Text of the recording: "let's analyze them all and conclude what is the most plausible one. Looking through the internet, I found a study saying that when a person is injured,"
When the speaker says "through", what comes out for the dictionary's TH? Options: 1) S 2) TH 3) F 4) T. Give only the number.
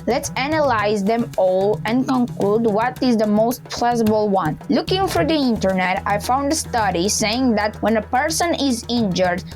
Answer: 3